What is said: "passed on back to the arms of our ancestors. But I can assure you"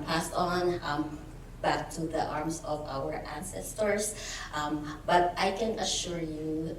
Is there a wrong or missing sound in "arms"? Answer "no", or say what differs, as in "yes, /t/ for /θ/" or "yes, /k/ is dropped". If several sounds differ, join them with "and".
yes, /s/ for /z/